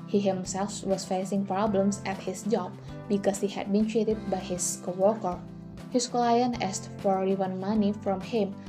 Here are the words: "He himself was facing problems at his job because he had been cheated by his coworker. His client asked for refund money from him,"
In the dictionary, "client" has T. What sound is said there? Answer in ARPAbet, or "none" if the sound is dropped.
none